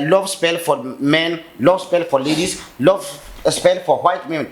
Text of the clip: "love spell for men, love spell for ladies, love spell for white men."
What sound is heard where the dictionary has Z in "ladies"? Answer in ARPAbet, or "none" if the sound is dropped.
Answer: S